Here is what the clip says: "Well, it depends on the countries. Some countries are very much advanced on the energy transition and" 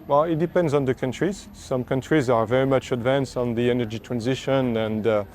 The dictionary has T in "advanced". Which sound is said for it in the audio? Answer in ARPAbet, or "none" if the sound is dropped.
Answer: T